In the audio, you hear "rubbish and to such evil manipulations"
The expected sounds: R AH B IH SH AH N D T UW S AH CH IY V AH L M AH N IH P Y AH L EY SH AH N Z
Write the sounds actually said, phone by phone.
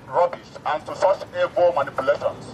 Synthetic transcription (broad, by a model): R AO B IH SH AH N T UW S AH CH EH B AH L M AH N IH P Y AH L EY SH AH N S